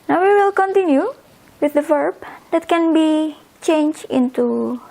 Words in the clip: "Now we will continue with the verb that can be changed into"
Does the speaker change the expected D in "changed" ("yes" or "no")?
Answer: yes